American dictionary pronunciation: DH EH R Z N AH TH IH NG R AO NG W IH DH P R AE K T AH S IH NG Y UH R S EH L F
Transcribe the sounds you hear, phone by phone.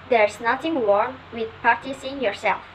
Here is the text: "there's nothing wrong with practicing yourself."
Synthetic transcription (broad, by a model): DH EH R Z N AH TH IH NG W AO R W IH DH P AA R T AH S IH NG Y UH R S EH L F